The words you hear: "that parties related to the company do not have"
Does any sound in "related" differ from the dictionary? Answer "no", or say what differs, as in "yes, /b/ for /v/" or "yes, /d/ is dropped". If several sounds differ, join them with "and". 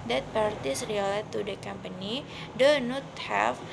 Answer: yes, /l/ is dropped